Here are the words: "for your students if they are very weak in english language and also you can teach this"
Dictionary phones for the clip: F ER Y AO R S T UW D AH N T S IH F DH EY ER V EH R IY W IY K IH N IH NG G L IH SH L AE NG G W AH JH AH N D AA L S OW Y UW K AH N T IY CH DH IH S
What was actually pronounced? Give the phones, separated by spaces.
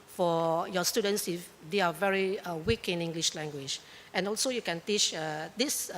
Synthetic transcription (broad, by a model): F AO Y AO S T UW D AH N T S IH F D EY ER V EH R IY W IY K IH N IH NG G L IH SH L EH NG G W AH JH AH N AA L S OW Y UW K AH N T IY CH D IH S